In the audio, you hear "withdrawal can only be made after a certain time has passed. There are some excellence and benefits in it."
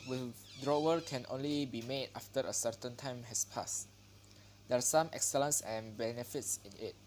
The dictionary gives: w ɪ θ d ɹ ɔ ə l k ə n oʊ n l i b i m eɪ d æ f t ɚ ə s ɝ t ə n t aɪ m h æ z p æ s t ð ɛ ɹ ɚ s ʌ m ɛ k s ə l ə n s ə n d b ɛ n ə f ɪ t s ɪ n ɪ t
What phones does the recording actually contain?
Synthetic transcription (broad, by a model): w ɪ d ɹ ɔ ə k ə n oʊ n l i b i m eɪ d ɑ f t ɚ ə s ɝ t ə n t aɪ m h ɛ s p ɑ s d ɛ ɹ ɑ s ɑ m ɛ k s ə l ə n s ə n b ɛ n ə f ɪ t s ɪ n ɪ t